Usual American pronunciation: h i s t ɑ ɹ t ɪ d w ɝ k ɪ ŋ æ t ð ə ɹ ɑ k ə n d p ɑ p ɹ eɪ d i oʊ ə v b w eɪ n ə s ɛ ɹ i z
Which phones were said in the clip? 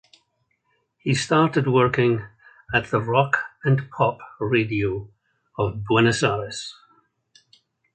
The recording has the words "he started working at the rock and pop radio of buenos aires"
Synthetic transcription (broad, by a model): h i s t ɑ ɹ t ɪ d w ɝ k ɪ ŋ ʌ t ð ə ɹ ɑ k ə n p ɑ p ɹ eɪ d i oʊ ə v b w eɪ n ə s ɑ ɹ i s